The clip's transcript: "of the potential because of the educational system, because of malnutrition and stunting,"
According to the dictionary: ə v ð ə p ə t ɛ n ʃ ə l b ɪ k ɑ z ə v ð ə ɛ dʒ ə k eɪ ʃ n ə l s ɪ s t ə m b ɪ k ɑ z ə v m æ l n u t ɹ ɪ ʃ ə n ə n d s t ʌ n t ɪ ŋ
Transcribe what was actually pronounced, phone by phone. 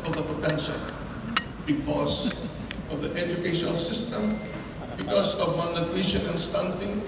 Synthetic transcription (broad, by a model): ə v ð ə p ə t ɛ n ʃ ə l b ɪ k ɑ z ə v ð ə ɛ dʒ ə k eɪ ʃ n ə l s ɪ s t ə m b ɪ k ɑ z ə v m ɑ n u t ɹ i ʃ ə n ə n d s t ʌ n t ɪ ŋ